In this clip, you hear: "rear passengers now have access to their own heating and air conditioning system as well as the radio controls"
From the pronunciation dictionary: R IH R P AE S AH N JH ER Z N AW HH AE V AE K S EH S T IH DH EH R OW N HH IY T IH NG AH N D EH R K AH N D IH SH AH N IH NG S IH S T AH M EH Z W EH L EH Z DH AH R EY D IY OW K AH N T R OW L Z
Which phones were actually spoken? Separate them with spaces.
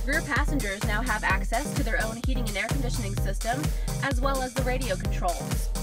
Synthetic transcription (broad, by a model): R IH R P AE S AH N JH ER Z N AW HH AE V AE K S EH S T IH DH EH R OW N HH IY T IH NG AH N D EH R K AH N D IH SH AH N IH NG S IH S T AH M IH Z W EH L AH Z DH AH R EY D IY OW K N T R OW L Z